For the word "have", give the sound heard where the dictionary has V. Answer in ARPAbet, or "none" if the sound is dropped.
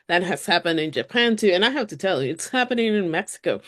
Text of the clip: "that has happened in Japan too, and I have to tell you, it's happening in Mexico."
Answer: F